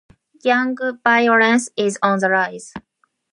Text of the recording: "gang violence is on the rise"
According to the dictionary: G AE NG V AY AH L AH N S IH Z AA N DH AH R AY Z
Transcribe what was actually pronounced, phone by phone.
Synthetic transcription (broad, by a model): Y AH NG B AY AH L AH N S IH Z AA N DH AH R AY Z